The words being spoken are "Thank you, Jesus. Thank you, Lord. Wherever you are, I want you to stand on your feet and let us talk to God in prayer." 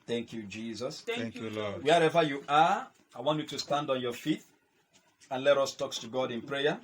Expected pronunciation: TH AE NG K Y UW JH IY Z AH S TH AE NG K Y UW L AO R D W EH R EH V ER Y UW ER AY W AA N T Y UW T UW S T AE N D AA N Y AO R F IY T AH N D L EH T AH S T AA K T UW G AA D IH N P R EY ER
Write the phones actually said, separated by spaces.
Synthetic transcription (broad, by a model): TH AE NG K Y UW JH IY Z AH S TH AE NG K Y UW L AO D W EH R EH V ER Y UW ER AY W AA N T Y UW T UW S T AE N D AA N Y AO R F IY T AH N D L EH T AH S T AA K T UW G AA D IH N P R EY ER